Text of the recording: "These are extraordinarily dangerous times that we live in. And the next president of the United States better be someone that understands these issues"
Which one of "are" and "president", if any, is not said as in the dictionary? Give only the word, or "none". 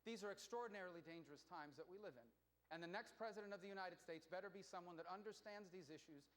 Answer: none